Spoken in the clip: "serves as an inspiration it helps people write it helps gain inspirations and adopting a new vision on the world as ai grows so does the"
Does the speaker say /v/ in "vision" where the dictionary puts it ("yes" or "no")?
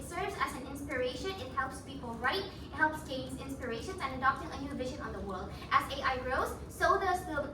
yes